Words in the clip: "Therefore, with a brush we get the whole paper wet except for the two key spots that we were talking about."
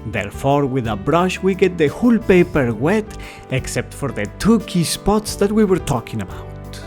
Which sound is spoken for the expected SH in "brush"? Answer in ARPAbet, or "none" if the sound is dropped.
SH